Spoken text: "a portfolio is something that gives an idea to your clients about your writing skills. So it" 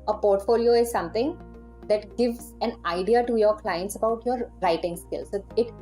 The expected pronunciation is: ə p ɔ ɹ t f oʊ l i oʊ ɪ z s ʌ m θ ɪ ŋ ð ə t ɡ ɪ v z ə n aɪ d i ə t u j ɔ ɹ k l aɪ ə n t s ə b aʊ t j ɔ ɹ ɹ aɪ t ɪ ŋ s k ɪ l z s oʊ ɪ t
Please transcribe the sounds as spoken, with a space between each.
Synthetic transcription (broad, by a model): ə p ɔ ɹ t f oʊ l i oʊ ɪ z s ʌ m t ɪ ŋ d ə t ɡ ɪ v z ə n aɪ d i ə t u j ɔ ɹ k l aɪ ə n t s ə b aʊ t j ɔ ɹ ɹ aɪ t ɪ ŋ s k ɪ l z s oʊ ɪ t